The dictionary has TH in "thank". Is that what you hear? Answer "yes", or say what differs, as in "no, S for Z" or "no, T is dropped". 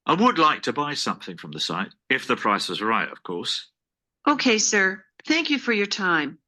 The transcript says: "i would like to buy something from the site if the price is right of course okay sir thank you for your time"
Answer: yes